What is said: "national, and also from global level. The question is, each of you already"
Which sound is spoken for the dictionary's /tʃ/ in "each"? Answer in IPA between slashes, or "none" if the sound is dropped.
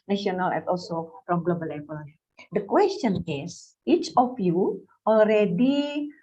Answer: /tʃ/